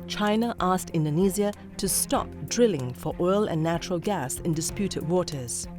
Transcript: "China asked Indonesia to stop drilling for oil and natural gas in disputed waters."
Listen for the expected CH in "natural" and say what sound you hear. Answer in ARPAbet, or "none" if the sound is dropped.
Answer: CH